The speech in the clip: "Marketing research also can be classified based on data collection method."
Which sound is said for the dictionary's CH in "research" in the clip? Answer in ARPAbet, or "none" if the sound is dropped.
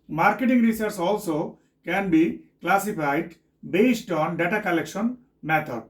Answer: S